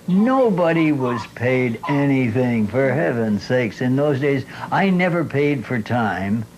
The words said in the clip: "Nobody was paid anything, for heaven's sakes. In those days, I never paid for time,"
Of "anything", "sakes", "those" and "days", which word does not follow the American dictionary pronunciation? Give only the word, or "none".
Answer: none